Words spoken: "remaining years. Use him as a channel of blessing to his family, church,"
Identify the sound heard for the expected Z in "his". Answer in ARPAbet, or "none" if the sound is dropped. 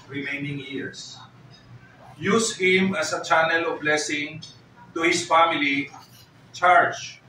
S